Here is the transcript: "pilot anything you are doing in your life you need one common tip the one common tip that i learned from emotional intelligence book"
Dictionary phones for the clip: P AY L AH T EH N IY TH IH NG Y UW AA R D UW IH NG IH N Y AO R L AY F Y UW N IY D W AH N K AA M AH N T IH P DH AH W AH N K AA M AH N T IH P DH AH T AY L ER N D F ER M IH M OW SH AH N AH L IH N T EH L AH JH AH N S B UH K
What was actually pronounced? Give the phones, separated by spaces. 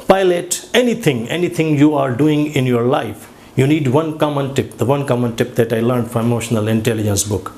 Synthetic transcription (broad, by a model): P AY L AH T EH N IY T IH NG Y UW AA R D UW IH NG IH N Y AO R L AY F Y UW N IY D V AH N K AA M AH N T IH P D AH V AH N K AA M AH N T IH P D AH T AY L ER N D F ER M IH M OW SH AH N AH L IH N T EH L AH JH AH N S B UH K